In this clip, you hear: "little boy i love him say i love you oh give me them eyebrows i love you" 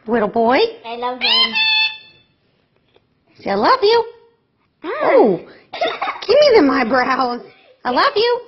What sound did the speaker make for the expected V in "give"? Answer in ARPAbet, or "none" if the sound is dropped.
P